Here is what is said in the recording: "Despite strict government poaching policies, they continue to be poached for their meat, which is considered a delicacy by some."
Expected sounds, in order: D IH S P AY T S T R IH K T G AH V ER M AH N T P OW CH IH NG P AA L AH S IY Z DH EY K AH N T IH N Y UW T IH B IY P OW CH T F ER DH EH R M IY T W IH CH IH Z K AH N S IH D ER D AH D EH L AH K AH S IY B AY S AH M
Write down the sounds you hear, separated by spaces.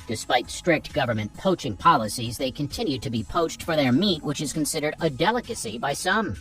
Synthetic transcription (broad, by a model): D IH S P AY T S T R IH K T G AH V ER M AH N P OW CH IH NG P AA L AH S IY Z DH EY K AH N T IH N Y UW T IH B IY P OW CH T F ER DH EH R M IY T W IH CH IH Z K AH N S IH D ER D AH D EH L AH K AH S IY B AY S AH M